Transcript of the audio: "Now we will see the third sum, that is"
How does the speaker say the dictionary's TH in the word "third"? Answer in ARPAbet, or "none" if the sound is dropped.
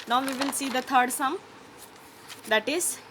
T